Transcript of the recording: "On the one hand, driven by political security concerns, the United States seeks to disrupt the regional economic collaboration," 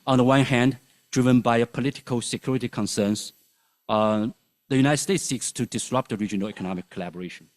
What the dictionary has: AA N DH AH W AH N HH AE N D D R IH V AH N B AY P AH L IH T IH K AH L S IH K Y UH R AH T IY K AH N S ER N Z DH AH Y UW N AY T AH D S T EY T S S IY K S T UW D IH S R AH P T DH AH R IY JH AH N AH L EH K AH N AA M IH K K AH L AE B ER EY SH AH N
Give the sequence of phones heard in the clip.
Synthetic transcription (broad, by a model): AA N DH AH W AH N HH AE N D D R IH V AH N B AY P AH L IH T IH K AH L S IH K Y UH R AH T IY K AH N S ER N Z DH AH Y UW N AY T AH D S T EY T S S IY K S T UW D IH S R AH P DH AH R IY JH AH N AH L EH K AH N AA M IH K K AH L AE B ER EY SH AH N